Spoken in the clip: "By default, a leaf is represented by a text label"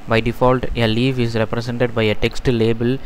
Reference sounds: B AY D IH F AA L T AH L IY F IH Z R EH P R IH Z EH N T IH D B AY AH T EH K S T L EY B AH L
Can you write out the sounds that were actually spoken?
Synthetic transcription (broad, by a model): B AY D IH F AA L T AH L IY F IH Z R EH P R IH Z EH N T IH D B AY AH T EH K S T L EY B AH L